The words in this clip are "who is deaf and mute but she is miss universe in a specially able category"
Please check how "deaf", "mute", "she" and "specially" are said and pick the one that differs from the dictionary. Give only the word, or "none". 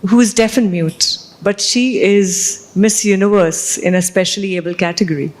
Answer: none